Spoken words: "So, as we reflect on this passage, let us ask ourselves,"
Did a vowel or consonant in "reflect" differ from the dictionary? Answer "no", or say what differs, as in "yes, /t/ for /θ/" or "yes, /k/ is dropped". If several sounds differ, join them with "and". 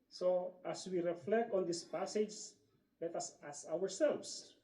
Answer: no